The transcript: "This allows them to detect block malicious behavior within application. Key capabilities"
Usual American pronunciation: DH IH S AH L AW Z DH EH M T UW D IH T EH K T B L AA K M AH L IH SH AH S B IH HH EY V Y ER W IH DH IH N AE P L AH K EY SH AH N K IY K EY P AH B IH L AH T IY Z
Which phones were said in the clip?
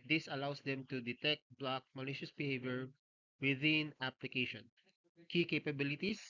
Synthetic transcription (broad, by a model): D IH S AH L AW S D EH M T UW D IH T EH K T B L AA K M AH L IH SH AH S B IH HH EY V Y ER W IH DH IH N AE P L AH K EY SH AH N K IY K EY P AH B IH L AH T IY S